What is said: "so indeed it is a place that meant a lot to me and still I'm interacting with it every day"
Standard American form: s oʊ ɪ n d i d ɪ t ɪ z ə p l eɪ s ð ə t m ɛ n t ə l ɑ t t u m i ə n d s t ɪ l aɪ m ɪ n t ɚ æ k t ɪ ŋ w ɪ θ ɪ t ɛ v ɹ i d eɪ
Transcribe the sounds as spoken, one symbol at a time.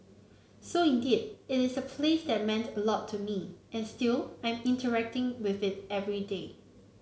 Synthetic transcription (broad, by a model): s oʊ ɪ n d i d ɪ t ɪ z ə p l eɪ s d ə t m ɛ n t ə l ɑ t t u m i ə n s t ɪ l aɪ m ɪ n t ɚ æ k t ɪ ŋ w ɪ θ ɪ t ɛ v ɹ i d eɪ